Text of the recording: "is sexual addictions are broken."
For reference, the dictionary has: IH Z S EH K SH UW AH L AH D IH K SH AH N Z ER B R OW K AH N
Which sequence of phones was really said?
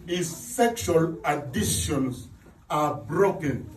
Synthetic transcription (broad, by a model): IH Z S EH K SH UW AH L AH D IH SH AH N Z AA B R OW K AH N